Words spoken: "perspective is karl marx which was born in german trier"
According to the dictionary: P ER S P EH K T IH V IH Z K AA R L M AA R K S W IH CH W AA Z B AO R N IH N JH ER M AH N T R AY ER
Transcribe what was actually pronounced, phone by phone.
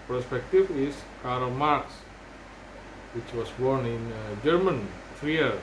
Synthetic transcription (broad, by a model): P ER S P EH K T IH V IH S K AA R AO M AA R K S W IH CH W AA S B AO R N IH N JH ER M AH N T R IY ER